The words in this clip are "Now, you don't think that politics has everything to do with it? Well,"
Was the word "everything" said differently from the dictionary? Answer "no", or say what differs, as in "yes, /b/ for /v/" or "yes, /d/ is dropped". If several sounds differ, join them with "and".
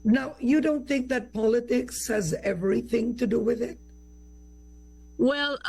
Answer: no